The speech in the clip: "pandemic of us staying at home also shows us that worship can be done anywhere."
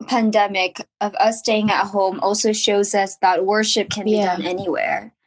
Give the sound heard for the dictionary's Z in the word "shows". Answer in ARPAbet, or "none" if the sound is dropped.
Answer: Z